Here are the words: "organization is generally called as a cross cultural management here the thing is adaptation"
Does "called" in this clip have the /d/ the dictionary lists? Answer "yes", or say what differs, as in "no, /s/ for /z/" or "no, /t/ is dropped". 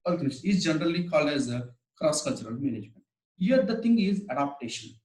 yes